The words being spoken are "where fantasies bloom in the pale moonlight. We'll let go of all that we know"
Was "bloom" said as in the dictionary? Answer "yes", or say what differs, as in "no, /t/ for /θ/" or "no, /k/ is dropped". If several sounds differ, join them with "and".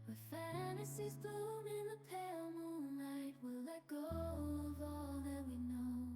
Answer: no, /l/ is dropped